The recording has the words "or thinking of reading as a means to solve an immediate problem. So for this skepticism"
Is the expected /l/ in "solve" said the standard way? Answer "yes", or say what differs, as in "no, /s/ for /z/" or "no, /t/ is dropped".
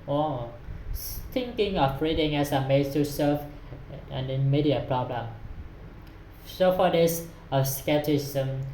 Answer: no, /l/ is dropped